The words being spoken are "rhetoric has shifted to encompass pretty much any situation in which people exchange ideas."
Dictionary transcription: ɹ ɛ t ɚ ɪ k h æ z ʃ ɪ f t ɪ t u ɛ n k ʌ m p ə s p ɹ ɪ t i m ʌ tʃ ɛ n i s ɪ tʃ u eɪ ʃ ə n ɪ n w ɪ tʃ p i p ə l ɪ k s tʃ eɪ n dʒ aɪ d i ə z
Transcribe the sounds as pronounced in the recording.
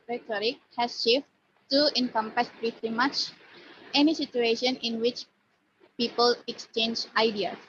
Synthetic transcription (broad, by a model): ɹ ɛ t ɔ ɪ k h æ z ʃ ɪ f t t u ɛ n k ʌ m p ə s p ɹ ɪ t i m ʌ tʃ ɛ n i s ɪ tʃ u eɪ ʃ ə n ɪ n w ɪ tʃ p i p ə l ɪ k s tʃ eɪ n dʒ aɪ d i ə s